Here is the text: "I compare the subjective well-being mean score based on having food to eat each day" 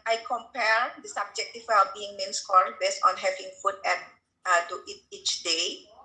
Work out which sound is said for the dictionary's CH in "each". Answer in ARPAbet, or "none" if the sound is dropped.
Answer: CH